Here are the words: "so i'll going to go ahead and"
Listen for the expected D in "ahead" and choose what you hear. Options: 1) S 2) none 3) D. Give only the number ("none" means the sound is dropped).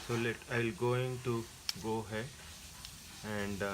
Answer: 2